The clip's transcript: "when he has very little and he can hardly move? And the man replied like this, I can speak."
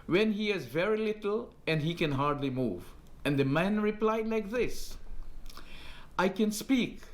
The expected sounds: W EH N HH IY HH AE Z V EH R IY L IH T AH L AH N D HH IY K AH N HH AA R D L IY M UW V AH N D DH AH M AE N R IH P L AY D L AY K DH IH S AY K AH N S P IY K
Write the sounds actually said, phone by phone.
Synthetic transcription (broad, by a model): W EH N HH IY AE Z V EH R IY L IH T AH L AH N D HH IY K AH N HH AA R D L IY M UW V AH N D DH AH M AE N R IH P L AY D L AY K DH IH S AY K AH N S P IY K